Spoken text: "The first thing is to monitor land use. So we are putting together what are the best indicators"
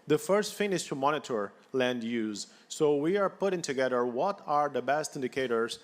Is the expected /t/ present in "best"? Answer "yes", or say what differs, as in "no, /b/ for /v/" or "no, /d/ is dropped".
yes